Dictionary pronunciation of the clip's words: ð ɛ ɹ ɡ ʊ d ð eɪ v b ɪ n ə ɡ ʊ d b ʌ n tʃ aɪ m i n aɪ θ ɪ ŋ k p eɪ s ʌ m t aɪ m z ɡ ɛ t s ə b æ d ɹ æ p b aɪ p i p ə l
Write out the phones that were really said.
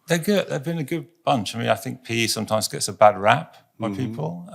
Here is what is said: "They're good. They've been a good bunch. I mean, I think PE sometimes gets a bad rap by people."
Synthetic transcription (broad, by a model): ð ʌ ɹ ɡ ʊ d ð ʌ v b ɪ n ə ɡ ʊ d b ʌ n tʃ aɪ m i aɪ θ ɪ ŋ k p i s ʌ m t aɪ m z ɡ ɛ t s ə b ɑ d ɹ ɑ p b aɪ p i p ə l